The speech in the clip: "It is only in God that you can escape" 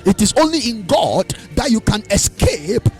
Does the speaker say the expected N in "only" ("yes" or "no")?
yes